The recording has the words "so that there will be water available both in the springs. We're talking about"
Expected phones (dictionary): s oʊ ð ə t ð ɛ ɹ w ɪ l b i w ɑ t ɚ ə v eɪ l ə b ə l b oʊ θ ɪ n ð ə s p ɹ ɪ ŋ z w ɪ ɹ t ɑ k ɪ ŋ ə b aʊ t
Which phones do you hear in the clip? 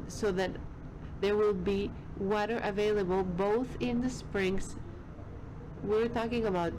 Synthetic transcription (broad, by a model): s oʊ ð ə t ð ɛ ɹ w ɪ l b i w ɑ t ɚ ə v eɪ l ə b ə l b oʊ θ ɪ n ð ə s p ɹ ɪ ŋ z w ɪ ɹ t ɑ k ɪ ŋ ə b aʊ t